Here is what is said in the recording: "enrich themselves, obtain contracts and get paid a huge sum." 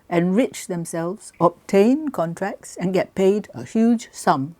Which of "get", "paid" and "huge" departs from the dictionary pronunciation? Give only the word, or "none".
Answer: none